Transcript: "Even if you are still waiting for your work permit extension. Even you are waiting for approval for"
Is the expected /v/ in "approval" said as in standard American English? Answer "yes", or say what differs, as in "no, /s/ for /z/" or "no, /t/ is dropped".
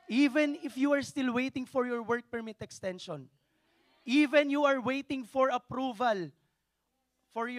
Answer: yes